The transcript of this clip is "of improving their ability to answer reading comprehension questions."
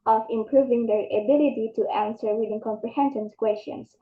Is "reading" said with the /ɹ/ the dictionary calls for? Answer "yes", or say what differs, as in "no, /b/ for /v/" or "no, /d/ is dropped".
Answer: no, /w/ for /ɹ/